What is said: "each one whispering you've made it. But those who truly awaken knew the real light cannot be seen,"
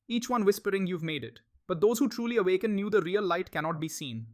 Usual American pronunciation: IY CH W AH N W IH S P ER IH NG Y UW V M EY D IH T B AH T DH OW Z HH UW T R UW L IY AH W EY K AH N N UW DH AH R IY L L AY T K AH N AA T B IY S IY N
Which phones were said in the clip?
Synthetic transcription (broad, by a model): IY CH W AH N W IH S P ER IH NG Y UW V M EY D IH T B AH T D OW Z HH UW T R UW L IY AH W EY K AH N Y UW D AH R IY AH L AY T K AH N AA T B IY S IY N